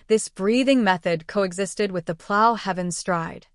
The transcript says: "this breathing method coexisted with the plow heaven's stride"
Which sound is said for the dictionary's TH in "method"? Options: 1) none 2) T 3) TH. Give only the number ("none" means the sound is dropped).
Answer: 3